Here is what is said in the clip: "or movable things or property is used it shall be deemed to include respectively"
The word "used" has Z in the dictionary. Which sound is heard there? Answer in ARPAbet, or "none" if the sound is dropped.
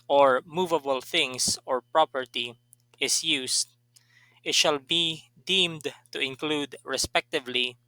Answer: S